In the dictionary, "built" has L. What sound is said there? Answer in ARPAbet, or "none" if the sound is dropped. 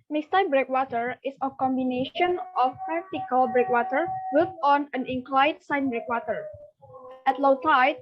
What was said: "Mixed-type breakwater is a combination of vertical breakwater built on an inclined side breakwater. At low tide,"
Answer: none